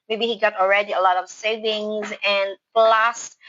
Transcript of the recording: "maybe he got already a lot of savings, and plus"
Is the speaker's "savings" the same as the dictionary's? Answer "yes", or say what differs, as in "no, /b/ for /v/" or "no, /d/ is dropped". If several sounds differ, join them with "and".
yes